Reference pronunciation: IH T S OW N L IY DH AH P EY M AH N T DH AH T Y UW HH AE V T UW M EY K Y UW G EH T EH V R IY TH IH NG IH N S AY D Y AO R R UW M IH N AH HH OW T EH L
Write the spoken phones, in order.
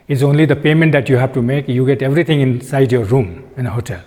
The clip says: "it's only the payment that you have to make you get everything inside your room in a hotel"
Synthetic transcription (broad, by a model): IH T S OW N L IY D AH P EY M AH N T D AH T Y UW HH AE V T UW M EY K Y UW G EH T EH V R IY T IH NG IH N S AY D Y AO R R UW M IH N AH HH OW T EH L